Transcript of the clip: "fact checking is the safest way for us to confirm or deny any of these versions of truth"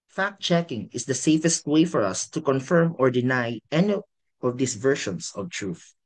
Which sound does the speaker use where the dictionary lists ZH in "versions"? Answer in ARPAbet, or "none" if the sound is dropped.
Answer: SH